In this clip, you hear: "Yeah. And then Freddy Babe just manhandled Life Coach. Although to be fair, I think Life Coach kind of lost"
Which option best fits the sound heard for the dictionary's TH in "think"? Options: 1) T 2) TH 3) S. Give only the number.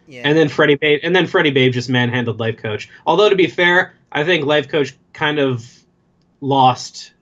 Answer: 2